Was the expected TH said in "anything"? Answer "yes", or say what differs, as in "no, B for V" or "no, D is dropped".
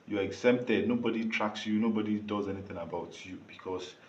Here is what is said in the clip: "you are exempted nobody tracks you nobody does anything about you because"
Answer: no, T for TH